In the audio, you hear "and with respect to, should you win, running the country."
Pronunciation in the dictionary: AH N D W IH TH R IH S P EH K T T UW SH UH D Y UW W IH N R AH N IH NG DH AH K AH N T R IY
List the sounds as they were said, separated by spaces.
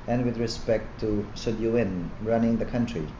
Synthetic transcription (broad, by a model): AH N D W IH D R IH S P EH K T T UW S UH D Y UW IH N R AH N IH NG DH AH K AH N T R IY